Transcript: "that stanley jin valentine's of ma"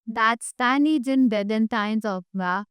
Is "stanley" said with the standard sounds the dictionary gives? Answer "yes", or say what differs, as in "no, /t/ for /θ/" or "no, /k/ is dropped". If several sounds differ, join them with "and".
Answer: no, /l/ is dropped